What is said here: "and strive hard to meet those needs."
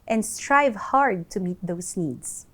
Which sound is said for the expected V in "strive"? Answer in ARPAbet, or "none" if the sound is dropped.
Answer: V